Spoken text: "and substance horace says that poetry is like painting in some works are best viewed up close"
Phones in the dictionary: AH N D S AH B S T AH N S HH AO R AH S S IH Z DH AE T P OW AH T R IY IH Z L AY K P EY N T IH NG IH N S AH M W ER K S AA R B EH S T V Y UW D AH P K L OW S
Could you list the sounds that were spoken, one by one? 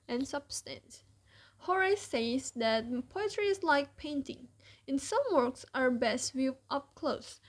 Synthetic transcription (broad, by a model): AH N S AH B S T AH N S HH AO R AH S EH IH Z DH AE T P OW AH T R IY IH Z L AY K P EY N T IH NG IH N S AH M W ER K S AA R B EH S T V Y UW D AH P K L OW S